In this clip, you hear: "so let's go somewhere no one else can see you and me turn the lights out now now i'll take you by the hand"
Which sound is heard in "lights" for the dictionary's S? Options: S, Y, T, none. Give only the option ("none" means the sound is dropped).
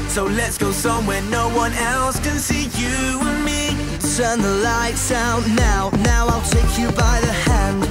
S